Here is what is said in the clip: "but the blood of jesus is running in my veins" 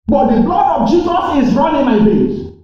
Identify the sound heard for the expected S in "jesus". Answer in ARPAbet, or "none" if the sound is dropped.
S